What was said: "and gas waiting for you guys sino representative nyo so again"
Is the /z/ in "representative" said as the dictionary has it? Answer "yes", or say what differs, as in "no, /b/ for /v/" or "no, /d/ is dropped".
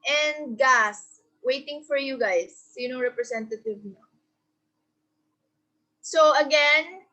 no, /s/ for /z/